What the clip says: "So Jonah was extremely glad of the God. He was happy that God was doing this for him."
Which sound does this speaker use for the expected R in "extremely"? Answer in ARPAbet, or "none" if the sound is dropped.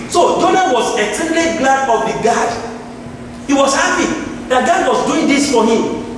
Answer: none